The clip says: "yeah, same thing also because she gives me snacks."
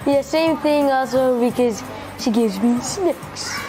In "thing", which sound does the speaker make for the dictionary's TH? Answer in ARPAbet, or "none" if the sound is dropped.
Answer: TH